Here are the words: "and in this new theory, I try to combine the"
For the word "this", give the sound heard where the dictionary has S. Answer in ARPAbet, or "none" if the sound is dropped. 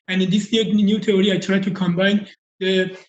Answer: none